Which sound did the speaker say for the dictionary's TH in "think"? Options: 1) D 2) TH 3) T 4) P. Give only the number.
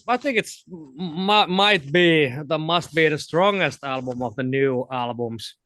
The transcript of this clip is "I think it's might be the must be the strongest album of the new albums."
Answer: 2